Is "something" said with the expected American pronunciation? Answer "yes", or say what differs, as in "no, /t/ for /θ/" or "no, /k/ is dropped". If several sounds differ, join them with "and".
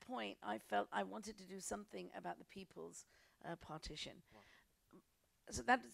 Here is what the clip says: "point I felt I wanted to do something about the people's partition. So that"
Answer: yes